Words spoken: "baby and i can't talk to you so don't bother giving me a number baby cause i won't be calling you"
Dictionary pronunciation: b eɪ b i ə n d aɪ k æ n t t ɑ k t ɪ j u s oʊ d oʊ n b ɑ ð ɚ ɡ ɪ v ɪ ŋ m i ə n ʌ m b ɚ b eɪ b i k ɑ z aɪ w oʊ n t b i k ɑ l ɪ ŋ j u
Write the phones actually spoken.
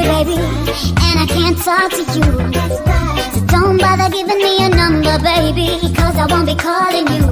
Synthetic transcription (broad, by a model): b eɪ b i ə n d aɪ k æ n t s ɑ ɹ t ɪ j u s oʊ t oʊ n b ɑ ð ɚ ɡ ɪ v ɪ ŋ m i ə n ʌ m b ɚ b eɪ b i k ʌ z aɪ w oʊ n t b i k ɑ l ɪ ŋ j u